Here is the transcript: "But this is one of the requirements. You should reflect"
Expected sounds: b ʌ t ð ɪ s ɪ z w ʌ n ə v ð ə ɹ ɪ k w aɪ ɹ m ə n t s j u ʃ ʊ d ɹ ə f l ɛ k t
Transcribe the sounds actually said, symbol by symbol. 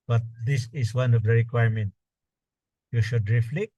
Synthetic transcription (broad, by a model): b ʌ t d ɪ s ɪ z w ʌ n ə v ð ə ɹ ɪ k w aɪ ɹ m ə n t j u ʃ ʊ d ɹ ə f l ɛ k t